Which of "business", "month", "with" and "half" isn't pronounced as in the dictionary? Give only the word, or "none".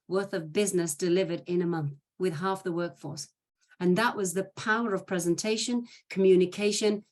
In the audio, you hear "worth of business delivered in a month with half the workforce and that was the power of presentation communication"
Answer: none